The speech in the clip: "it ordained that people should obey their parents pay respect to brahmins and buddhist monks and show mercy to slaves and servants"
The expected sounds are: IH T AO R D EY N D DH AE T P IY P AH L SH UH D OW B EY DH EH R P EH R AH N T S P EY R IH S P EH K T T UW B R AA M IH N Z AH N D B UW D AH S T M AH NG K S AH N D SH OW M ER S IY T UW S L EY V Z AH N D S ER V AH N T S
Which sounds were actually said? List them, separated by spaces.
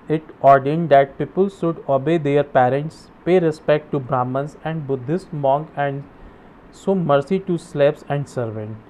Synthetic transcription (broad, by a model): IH T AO R D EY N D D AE T P IY P AH L SH UH D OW B EY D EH R P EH R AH N T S P EY R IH S P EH K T T UW B R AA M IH N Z AH N D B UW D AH S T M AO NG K AH N D S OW M ER S IY T UW S L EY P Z AH N D S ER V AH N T